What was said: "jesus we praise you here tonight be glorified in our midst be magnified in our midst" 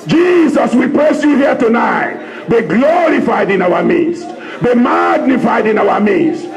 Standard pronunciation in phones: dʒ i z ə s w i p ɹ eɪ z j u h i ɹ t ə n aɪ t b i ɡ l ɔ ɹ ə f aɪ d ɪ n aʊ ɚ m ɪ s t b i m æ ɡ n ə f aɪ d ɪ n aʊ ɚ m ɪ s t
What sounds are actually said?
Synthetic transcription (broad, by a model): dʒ i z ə s w i p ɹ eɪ s j u h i t ə n aɪ t b i ɡ l ɔ ɹ ə f aɪ d ɪ n aʊ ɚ m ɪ s t b i m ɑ ɡ n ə f aɪ d ɪ n aʊ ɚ m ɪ s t